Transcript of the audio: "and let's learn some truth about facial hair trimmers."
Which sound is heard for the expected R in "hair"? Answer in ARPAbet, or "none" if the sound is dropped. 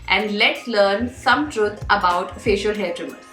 L